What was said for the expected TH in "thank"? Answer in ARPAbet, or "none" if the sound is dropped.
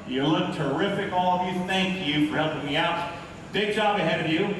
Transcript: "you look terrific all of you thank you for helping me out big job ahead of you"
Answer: TH